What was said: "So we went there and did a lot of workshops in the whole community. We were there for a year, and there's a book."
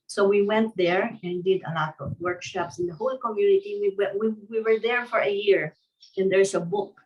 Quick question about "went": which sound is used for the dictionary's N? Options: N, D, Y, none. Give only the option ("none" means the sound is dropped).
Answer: N